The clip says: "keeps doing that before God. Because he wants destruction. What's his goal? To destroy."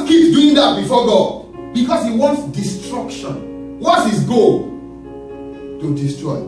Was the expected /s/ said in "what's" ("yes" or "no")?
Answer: no